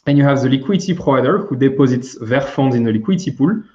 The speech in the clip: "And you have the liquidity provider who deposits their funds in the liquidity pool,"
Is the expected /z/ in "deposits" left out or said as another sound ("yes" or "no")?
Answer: no